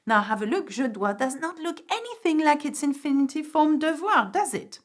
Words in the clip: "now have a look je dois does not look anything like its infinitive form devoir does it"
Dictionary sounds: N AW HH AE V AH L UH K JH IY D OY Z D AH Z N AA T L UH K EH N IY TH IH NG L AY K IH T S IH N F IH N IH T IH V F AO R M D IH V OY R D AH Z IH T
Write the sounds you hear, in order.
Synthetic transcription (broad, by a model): N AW HH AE V AH L UH K ZH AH D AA D AH Z N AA T L UH K EH N IY TH IH NG L AY K IH T S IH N F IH N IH T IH F AO R M D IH V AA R D AH Z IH T